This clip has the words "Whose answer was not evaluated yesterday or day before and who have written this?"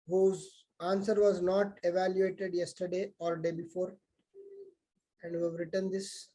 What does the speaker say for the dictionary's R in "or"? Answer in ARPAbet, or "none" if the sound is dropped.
L